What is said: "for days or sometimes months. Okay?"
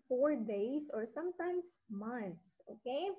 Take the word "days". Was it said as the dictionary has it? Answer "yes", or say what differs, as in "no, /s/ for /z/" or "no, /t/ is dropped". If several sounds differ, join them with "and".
no, /s/ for /z/